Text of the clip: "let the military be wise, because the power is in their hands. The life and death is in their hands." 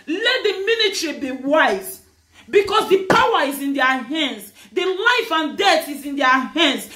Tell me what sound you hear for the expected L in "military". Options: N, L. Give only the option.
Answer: N